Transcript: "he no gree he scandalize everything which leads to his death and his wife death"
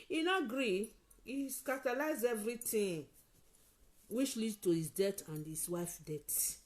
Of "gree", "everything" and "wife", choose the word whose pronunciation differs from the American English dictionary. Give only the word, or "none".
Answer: everything